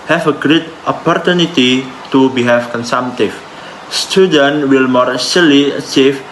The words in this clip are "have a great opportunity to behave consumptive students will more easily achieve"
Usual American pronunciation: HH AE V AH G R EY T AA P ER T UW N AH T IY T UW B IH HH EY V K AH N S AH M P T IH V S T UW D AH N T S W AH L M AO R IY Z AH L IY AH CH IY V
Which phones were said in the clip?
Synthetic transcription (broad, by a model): HH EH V AH G R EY T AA P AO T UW N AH T IY T UW B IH HH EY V K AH N S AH M T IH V S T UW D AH N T W AH L M AO R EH S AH L IY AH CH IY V